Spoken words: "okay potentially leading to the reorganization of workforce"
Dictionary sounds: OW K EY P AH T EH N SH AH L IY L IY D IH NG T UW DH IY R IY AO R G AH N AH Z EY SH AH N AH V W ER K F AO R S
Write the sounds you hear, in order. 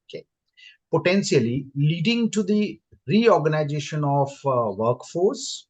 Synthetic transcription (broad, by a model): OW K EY P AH T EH N S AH L IY L IY D IH NG T UW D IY R IY AO R G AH N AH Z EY SH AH N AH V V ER K F AO R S